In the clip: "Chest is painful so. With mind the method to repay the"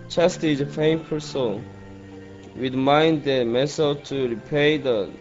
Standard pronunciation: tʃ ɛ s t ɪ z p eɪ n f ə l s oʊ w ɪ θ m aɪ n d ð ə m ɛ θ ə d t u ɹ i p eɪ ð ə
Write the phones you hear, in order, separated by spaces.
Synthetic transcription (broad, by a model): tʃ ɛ s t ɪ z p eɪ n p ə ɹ s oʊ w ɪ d m aɪ n d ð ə m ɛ s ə t u ɹ i p eɪ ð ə